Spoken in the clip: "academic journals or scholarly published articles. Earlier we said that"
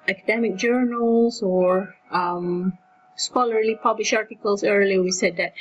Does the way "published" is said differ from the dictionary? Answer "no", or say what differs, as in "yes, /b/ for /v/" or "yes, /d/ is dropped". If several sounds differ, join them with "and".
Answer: yes, /t/ is dropped